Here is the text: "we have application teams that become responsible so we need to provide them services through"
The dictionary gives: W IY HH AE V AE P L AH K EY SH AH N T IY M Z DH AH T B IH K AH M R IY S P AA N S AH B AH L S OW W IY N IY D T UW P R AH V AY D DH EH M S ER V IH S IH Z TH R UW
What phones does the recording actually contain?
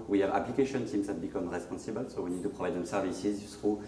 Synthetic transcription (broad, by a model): W IY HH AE V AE P L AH K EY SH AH N S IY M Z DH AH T B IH K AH M R IY S P AA N S AH B AH L S OW W IY N IY D T UW P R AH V AY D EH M S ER V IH S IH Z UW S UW